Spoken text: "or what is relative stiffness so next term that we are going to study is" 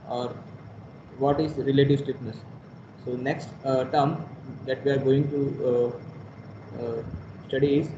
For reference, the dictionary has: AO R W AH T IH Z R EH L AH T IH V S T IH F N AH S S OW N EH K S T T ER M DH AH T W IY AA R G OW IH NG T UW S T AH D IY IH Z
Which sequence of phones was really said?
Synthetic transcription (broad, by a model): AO R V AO T IH Z R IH L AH T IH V S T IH P N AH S S OW N EH K S T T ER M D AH T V IY AA R G OW IH NG T UW S T AH D IY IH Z